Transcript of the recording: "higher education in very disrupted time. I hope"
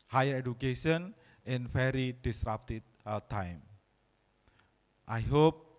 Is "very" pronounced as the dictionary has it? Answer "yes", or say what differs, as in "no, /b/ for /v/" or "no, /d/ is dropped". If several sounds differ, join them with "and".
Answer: no, /f/ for /v/